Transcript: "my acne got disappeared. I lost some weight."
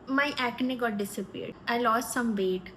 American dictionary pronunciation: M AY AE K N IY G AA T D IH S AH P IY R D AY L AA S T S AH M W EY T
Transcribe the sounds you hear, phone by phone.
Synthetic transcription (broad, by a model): M AY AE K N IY G AA T D IH S AH P IY R D AY L AA S T S AH M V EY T